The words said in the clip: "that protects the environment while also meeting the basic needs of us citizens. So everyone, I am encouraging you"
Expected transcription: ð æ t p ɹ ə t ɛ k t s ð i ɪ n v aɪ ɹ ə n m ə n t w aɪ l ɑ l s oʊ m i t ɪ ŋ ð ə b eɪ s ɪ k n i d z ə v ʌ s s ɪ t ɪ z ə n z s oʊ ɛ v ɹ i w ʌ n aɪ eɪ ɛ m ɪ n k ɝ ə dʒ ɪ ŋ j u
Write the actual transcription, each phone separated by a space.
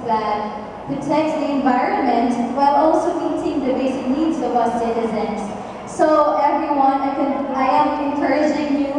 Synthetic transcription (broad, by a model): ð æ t p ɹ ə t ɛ k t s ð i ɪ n v aɪ ɹ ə n m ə n t w aɪ l ɑ l s oʊ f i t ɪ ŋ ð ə b eɪ s ɪ k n i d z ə w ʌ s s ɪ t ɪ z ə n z s oʊ ɛ v ɹ i w ʌ n aɪ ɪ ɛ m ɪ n k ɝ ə dʒ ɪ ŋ j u